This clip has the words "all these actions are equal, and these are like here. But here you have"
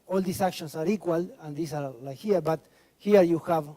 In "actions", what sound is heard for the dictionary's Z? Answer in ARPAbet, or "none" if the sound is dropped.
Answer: S